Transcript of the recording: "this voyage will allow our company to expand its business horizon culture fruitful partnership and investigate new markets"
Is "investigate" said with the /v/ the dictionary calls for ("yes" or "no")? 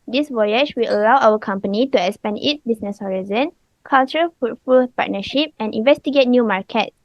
yes